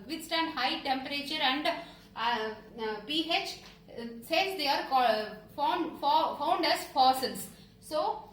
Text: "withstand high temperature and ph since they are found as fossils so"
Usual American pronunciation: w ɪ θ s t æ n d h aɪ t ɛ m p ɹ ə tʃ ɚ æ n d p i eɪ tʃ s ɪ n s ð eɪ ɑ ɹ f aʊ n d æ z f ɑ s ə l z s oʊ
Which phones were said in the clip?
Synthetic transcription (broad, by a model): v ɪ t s t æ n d h aɪ t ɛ m p ɹ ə tʃ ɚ æ n d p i eɪ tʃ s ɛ s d eɪ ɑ ɹ f aʊ n d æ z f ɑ s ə l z s oʊ